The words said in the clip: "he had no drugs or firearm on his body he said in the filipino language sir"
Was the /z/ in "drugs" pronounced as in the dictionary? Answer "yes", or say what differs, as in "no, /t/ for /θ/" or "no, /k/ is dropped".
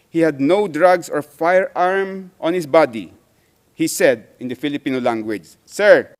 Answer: no, /s/ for /z/